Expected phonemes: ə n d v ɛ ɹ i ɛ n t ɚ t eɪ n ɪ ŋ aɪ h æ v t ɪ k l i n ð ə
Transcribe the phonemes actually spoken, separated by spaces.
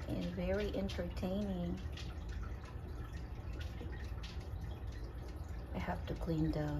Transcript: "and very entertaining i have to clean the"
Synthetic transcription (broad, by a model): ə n v ɛ ɹ i ɛ n t ɚ t eɪ n ɪ ŋ aɪ h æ f t ɪ k l i n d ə